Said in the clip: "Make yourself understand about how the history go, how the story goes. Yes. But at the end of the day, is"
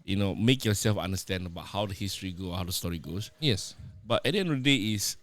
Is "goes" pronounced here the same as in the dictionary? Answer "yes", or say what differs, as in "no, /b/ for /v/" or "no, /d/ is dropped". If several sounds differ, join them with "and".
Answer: no, /s/ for /z/